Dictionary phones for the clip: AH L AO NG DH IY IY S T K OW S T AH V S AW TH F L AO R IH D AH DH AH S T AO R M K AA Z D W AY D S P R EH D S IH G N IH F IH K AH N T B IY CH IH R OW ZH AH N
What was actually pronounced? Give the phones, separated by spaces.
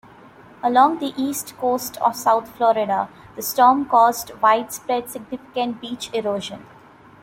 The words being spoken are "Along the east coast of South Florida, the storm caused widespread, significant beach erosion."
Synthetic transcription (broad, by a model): AH L AO NG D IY IY S T K OW S T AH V S AW T F L AO R IH D AH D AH S T AO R M K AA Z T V AY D S P R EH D S IH G N IH F IH K AH N T B IY CH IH R OW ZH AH N